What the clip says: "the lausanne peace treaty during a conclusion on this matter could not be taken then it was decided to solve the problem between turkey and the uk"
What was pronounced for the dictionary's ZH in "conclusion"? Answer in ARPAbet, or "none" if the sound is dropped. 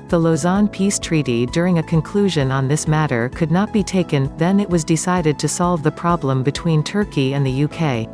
ZH